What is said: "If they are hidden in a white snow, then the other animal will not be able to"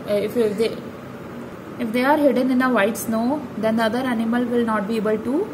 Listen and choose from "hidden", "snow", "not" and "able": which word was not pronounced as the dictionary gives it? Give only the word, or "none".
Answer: none